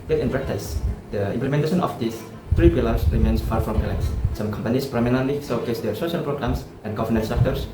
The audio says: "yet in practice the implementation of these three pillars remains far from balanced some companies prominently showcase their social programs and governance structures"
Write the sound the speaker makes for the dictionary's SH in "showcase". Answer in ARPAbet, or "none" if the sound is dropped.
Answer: S